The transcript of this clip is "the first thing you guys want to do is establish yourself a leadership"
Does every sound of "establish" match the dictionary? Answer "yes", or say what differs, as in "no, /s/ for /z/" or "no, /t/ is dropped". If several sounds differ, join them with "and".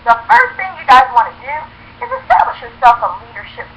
yes